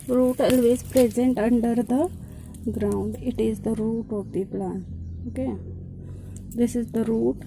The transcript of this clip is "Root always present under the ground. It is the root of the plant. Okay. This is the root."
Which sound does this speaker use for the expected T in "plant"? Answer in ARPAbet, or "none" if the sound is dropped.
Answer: none